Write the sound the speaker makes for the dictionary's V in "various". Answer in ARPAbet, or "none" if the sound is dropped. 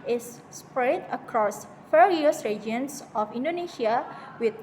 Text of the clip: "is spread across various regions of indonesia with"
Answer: F